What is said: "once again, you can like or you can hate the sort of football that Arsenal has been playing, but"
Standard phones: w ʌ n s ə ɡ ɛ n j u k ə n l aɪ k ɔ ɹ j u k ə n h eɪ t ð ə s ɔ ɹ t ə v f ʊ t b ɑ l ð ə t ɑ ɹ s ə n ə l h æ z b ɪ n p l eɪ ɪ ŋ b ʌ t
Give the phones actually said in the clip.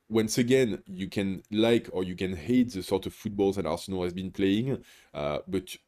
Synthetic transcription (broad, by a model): w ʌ n s ə ɡ ɛ n j u k ə n l aɪ k ɔ ɹ j u k ə n h eɪ t ð ə s ɔ ɹ t ə v f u t b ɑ l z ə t ɑ ɹ s ə n ə l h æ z b ɪ n p l eɪ ɪ ŋ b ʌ t